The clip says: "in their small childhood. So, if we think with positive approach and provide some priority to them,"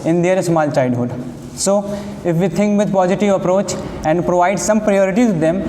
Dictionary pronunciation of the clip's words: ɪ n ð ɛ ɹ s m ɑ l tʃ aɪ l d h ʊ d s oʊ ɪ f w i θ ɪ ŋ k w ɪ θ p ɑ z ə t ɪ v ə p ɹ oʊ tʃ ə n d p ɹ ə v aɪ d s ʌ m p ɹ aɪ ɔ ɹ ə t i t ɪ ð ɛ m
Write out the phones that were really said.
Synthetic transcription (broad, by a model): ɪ n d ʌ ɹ s m ɑ l tʃ aɪ d h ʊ d s oʊ ɪ f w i t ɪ ŋ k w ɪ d p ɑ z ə t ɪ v ə p ɹ oʊ tʃ ə n d p ɹ ə v aɪ d s ʌ m p ɹ aɪ ɔ ɹ ə t i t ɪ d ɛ m